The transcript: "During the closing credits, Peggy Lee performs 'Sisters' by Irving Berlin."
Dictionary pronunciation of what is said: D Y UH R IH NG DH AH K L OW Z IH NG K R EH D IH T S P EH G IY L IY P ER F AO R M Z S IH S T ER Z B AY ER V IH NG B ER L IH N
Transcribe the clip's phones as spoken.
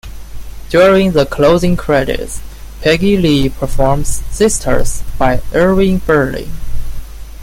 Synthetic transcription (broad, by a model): D Y UH R IH NG DH AH K L OW Z IH NG K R EH D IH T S P EH G IY L IY P ER F AO R M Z S IH S T ER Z B AY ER IH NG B ER L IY